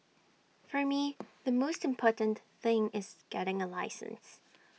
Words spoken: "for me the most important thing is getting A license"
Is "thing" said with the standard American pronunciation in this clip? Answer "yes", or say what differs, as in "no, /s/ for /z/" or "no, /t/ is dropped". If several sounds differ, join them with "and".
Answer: yes